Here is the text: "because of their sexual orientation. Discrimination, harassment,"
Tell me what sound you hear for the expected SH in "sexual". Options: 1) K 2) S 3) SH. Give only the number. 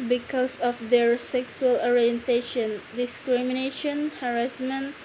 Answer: 2